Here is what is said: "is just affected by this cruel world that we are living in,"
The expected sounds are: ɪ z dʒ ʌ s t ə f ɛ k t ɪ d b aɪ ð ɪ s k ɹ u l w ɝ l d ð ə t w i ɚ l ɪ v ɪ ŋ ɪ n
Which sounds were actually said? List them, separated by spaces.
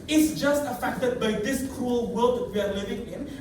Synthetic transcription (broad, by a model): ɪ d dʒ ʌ s t ə f ɛ k t ɪ d b aɪ ð ɪ s k ɹ u l w ɝ l d ð ə t w i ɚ l ɪ v ɪ ŋ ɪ n